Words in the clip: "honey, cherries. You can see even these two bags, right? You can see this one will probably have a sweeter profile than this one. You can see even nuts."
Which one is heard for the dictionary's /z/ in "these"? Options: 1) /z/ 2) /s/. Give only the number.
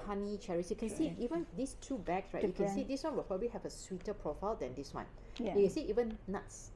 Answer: 2